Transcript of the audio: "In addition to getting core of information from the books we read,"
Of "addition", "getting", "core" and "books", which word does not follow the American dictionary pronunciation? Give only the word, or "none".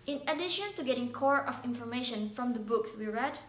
none